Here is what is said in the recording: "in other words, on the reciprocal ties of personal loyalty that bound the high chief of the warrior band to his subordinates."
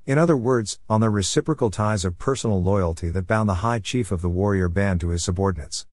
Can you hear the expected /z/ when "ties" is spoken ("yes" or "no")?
yes